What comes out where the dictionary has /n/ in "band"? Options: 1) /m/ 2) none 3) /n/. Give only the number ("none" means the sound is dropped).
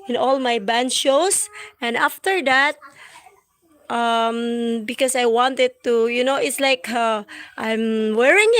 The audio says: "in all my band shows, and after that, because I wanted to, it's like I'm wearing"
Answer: 3